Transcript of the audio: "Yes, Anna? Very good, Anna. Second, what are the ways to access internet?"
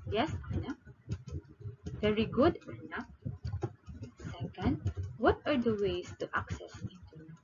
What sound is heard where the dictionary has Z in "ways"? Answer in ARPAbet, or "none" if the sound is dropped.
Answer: S